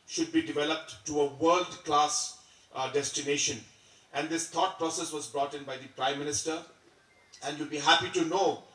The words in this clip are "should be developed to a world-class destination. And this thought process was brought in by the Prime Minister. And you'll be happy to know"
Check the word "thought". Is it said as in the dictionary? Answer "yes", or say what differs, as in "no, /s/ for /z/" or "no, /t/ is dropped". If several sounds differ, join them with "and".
no, /t/ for /θ/